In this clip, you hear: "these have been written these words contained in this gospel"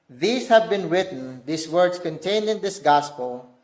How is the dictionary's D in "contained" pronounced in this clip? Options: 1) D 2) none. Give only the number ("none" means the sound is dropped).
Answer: 1